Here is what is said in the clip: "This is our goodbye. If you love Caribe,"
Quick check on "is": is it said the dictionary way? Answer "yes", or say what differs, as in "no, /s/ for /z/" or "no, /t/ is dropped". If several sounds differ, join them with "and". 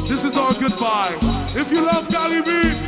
yes